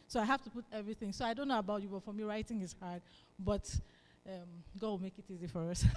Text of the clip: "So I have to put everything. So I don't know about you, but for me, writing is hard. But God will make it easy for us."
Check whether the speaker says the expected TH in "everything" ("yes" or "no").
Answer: yes